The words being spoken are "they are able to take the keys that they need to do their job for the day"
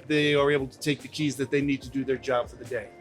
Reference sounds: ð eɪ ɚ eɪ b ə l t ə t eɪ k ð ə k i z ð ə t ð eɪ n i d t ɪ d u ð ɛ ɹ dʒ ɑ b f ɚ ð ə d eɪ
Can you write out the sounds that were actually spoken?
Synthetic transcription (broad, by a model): ð eɪ ɚ eɪ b l t ə t eɪ k ð ə k i z ð ə t ð eɪ n i d t ɪ d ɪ ð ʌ ɹ dʒ ɑ b f ɚ ð ə d eɪ